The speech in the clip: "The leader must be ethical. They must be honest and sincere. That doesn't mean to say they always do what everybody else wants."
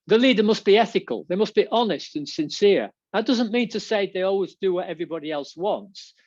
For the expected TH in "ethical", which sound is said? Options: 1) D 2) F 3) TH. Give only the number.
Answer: 3